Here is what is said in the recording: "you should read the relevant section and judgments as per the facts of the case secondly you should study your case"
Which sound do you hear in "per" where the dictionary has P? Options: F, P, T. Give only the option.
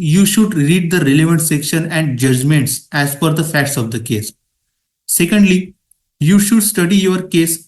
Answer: F